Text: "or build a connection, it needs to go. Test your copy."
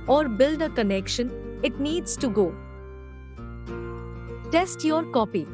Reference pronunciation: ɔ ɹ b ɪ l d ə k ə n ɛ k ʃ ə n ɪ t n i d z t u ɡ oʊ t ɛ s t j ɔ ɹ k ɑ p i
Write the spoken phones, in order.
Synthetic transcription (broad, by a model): ɔ ɹ b ɪ l d ə k ə n ɛ k ʃ ə n ɪ t n i d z t u ɡ oʊ t ɛ s t j ɔ ɹ k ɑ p i